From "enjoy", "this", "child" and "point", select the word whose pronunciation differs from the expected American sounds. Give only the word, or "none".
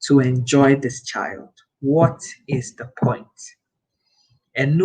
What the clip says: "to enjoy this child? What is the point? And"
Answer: none